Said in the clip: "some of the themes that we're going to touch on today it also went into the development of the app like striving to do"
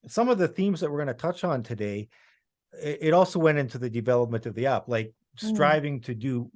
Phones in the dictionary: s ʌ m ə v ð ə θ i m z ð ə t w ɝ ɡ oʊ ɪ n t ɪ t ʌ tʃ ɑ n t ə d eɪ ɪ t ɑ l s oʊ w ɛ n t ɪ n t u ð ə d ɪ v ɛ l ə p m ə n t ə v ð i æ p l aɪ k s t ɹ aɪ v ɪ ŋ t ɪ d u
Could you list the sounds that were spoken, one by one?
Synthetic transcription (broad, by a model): s ʌ m ə v ð ə θ i m z ð ə t w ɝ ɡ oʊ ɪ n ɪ t ʌ tʃ n t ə d eɪ ɪ t ɑ l s oʊ w ɛ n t ɪ n t u ð ə d ɪ v ɛ l ə p m ə n t ə v ð i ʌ p l aɪ k s t ɹ aɪ v ɪ ŋ t ɪ d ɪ